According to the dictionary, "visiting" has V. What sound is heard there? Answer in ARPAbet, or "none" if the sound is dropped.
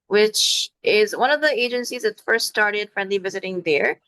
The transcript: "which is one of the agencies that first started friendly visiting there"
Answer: V